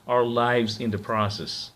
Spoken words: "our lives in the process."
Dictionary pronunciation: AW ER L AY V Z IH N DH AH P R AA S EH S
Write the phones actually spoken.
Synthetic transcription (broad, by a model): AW ER L AY V Z IH N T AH P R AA S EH S